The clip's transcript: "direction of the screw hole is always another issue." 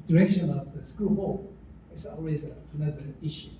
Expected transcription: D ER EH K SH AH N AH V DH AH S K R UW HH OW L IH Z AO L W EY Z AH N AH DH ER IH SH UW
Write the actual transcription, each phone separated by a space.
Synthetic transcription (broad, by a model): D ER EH K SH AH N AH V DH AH S K UW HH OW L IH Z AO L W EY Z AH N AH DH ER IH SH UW